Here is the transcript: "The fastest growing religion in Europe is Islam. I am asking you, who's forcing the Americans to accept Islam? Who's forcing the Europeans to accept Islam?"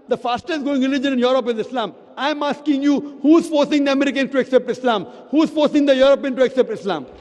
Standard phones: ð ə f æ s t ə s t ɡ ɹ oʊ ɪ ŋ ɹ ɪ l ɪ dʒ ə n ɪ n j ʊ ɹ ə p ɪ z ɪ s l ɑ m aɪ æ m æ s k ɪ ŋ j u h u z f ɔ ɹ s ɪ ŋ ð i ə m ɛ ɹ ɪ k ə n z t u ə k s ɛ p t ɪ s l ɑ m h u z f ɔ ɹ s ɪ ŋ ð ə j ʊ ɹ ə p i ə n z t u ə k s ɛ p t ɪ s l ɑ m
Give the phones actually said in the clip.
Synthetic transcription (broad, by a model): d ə f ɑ s t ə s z ɡ oʊ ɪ ŋ ɹ ɪ l ɪ dʒ ə n ɪ n j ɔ ɹ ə p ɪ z ɪ s l ɑ m aɪ m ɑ s k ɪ ŋ j u h u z f ɔ ɹ s ɪ ŋ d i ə m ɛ ɹ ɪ k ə n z t u ə k s ɛ p t ɪ s l ɑ m h u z f ɔ ɹ s ɪ ŋ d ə j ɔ ɹ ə p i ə n t u ə k s ɛ p t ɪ s l ɑ m